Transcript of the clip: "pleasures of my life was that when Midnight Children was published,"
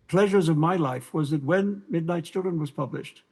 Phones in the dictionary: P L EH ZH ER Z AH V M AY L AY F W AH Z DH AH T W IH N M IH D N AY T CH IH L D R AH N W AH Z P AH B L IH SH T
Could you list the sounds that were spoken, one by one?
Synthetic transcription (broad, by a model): P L EH ZH ER Z AH V M AY L AY F W AH Z DH AH T W IH N M IH D N AY T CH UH D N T W AH Z P AH B L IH SH T